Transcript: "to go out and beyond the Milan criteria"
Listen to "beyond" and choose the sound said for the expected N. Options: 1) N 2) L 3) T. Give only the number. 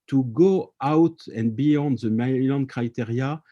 1